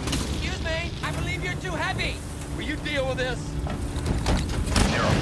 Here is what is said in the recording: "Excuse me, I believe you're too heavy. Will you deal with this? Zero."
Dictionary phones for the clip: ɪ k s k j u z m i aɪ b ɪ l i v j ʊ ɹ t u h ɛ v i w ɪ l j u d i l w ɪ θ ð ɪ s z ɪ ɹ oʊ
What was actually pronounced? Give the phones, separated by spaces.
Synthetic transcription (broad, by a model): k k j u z m i aɪ b ɪ l i v j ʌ ɹ t u h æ p i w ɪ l j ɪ d i l w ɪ ð ɪ s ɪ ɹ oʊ